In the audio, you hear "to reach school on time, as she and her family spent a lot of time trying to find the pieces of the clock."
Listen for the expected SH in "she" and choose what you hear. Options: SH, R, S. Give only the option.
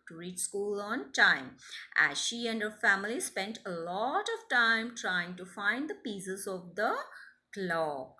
SH